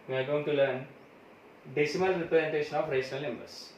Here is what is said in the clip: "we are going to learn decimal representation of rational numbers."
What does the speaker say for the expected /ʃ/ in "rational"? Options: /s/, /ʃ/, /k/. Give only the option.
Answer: /s/